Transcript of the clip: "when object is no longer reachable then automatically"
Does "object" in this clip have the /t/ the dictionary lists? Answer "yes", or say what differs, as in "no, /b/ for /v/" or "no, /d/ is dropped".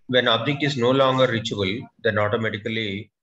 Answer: no, /t/ is dropped